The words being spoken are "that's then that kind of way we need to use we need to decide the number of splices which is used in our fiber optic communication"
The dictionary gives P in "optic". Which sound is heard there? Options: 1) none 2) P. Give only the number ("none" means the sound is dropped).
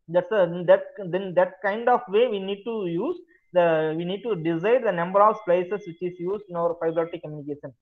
1